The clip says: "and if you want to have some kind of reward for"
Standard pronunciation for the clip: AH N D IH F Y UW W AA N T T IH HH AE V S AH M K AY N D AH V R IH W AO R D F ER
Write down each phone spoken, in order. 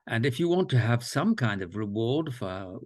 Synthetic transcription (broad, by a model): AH N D IH F Y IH W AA N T T IH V S AH M K AY N D AH V R IH W AO R D F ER